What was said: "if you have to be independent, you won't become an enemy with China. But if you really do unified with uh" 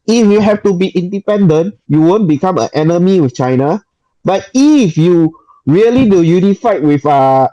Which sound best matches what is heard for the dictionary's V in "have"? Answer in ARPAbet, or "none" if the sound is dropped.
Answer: F